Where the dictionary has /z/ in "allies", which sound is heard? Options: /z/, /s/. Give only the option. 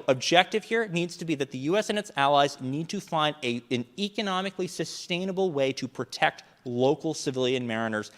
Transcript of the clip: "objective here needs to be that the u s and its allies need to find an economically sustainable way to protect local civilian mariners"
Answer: /z/